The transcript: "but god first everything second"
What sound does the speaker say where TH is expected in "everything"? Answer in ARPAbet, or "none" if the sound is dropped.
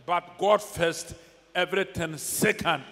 T